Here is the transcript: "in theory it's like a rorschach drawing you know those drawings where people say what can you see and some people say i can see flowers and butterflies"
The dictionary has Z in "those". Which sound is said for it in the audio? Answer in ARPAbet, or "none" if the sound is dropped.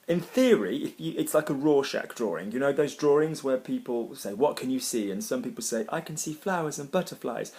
Z